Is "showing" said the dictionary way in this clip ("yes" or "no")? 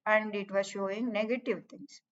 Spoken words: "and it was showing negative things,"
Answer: yes